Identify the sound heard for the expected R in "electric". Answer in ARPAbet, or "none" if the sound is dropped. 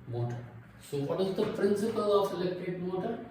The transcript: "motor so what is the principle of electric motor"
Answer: none